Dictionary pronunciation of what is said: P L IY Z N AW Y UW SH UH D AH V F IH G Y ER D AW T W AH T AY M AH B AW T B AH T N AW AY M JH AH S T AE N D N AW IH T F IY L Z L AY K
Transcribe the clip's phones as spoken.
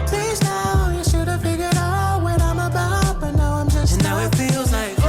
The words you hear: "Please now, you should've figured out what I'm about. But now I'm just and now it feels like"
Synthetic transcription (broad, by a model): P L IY Z N AW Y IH SH UH D AH V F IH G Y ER D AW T W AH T AY M AH B AW T B AH T N AW AY M JH AH S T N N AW IH T F IY L Z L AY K